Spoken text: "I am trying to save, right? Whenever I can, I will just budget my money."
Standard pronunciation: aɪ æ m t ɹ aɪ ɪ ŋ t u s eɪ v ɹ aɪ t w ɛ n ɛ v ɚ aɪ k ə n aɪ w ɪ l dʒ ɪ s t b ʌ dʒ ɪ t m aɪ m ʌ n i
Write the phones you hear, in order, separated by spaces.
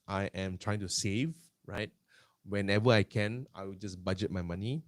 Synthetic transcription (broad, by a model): aɪ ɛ m t ɹ aɪ ɪ ŋ t u s eɪ v ɹ aɪ t w ɛ n ɛ v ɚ aɪ k ə n aɪ w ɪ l dʒ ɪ s b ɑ dʒ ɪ t m aɪ m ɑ n i